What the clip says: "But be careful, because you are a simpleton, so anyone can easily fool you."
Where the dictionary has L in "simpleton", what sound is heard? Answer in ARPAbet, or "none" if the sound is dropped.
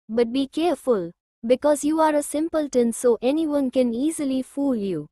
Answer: L